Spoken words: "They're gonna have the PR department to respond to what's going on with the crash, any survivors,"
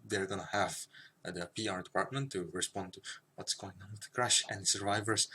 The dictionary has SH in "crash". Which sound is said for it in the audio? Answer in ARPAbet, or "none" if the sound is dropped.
SH